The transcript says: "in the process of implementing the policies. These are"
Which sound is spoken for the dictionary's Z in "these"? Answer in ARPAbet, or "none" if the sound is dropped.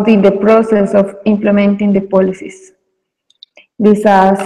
S